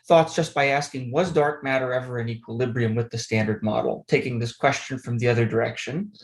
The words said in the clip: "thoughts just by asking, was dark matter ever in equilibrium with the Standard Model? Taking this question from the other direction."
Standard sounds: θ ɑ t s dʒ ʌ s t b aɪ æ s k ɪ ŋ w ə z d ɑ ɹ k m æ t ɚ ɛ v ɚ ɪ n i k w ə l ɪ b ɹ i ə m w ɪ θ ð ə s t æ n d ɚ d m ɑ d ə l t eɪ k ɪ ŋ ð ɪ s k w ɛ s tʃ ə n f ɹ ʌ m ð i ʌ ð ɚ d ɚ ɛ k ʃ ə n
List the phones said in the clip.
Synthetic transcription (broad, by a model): θ ɑ t s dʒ ʌ s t b aɪ æ s k ɪ ŋ w ə z d ɑ ɹ k m æ t ɚ ɛ v ɚ ɪ n i k w ə l ɪ b ɹ i ə m w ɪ ð ə s t æ n d ɚ d m ɑ d l t eɪ k ɪ ŋ ð ɪ s k w ɛ s tʃ ə n f ɹ ʌ m ð i ʌ ð ɚ d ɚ ɛ k ʃ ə n